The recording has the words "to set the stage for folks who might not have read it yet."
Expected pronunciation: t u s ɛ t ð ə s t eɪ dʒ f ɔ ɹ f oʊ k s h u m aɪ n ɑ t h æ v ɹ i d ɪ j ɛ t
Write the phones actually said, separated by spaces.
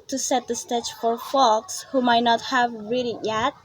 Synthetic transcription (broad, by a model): t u s ɛ t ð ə s t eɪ tʃ f ɔ ɹ f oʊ k s h u m aɪ n ɑ t h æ v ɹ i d ɪ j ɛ t